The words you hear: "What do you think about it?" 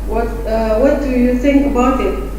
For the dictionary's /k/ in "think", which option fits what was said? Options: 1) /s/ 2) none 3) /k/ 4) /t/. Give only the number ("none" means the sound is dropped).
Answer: 3